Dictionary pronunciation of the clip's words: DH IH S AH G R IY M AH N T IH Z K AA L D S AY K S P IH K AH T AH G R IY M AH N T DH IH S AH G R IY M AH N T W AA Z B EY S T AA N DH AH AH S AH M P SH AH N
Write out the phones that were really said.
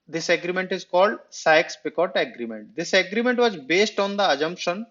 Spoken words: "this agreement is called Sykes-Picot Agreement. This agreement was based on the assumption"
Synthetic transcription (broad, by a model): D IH S AH G R IY M AH N T IH Z K AA L D S AY K S P IH K AH T AH G R IY M AH N T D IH S AH G R IY M AH N T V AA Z B EY S T AA N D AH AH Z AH M P SH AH N